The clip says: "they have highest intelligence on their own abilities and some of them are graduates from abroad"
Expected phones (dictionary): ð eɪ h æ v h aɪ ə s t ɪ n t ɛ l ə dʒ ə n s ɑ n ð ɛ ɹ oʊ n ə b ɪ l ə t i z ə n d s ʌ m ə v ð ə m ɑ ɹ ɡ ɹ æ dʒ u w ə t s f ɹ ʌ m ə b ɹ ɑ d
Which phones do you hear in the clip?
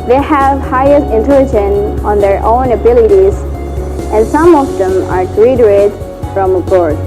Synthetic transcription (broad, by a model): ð eɪ h æ v h aɪ ə s t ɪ n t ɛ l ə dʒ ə n ɑ n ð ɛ ɹ oʊ n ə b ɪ l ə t i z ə n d s ʌ m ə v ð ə m ɑ ɹ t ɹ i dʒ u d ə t f ɹ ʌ m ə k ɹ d